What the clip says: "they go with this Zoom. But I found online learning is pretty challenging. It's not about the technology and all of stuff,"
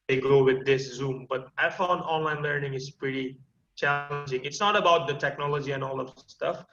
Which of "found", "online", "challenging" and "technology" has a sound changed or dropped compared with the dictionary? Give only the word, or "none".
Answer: found